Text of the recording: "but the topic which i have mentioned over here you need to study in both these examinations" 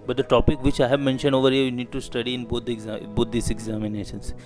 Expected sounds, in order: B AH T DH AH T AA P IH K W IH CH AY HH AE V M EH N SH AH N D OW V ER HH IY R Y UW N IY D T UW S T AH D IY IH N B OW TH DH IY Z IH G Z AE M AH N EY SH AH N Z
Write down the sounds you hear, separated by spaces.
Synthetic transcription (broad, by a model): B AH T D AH T AA P IH K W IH CH AY HH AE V M EH N SH AH N D OW V ER HH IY R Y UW N IY D T UW S T AH D IY IH N B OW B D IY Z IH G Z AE M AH N EY SH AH N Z